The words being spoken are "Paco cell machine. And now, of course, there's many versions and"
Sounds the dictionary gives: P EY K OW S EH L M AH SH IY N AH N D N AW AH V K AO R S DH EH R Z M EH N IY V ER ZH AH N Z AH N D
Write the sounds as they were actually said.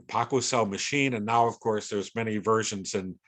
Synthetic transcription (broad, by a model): P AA K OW S EH L M AH SH IY N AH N N AW AH V K AO R S DH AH R Z M EH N IY V ER ZH AH N Z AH N